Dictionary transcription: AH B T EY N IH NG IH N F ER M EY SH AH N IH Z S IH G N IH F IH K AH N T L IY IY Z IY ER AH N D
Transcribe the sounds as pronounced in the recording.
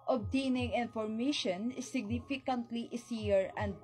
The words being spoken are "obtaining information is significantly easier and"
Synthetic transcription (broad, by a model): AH B T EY N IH NG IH N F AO M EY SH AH N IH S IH G N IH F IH K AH N T L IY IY S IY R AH N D